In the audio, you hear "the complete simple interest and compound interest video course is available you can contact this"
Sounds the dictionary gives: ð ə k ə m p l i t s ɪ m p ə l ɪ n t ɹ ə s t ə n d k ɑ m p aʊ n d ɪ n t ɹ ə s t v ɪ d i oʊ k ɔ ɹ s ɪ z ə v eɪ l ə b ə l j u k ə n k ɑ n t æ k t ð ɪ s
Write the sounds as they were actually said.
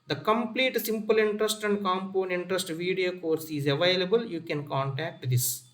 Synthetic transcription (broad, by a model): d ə k ə m p l i t s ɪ m p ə l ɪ n t ɹ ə s t ə n d k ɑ m p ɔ n ɪ n t ɹ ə s t v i d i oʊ k ɔ ɹ s ɪ z ə v eɪ l ə b ə l j u k ə n k ɑ n t æ k t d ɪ s